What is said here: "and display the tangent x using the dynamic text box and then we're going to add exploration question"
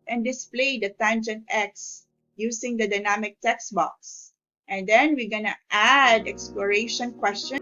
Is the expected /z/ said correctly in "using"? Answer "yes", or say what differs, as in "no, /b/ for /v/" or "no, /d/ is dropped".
no, /s/ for /z/